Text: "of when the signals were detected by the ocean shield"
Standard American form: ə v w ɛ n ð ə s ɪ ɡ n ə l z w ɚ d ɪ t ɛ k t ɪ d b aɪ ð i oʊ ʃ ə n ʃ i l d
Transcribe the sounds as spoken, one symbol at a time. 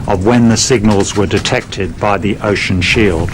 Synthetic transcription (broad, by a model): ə v w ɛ n ð ə s ɪ ɡ n ə l z w ɚ d ɪ t ɛ k t ɪ d b aɪ ð i oʊ ʃ ə n ʃ i l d